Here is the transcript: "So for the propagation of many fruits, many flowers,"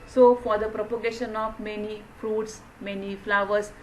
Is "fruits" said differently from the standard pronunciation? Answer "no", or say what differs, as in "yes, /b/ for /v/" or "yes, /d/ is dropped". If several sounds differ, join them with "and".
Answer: no